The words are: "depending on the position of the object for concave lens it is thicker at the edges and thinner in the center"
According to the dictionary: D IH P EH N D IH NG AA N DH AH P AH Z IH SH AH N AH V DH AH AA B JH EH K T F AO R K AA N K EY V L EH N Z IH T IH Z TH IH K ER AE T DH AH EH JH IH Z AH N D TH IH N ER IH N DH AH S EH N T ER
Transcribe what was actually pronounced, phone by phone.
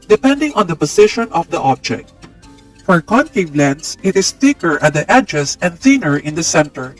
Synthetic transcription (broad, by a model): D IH P EH N D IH NG AA N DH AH P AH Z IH SH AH N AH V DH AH AA B JH EH K T F AO R K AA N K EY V L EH N S IH T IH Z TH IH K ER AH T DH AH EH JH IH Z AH N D TH IH N ER IH N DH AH S EH N T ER